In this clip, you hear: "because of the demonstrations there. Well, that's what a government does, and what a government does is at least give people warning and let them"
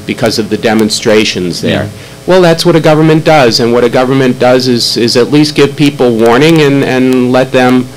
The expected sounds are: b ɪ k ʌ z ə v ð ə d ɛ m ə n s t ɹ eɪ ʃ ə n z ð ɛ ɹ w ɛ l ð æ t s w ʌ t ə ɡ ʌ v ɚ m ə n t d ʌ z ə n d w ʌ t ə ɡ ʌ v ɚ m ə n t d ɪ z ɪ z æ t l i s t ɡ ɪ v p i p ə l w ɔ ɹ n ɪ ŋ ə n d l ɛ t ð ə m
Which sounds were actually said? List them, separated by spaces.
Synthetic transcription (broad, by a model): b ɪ k ʌ z ə v ð ə d ɛ m ə n s t ɹ eɪ ʃ ə n z ð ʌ ɹ w ɛ l ð æ t s w ʌ t ə ɡ ʌ v ɚ m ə n d ʌ z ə n w ʌ t ə ɡ ʌ v ɚ m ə n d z ɪ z ɪ z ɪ t l i s t ɡ ɪ v p i p l w ɔ ɹ n ɪ ŋ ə n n l ɛ t ð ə m